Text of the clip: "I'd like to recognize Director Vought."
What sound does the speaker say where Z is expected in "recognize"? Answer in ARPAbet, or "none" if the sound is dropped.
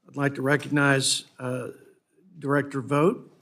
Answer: Z